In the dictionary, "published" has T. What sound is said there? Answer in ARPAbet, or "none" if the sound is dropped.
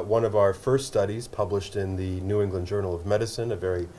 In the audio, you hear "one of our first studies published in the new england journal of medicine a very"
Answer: T